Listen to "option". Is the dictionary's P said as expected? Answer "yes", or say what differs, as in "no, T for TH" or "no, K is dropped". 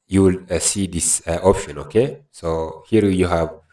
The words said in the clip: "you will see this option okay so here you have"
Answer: yes